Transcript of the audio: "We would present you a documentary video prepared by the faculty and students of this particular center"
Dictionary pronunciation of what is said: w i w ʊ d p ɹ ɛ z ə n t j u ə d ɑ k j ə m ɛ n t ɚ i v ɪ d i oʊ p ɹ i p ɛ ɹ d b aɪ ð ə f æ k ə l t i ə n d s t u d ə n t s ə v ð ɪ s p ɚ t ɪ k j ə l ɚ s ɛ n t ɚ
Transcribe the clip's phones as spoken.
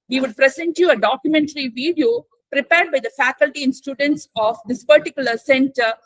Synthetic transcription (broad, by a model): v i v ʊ d p ɹ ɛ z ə n t j u ə d ɑ k j ə m ɛ n t ɚ i v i d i oʊ p ɹ i p ɛ ɹ d b aɪ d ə f æ k ə l t i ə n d s t u d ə n t s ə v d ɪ s p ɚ t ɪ k j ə l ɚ s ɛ n t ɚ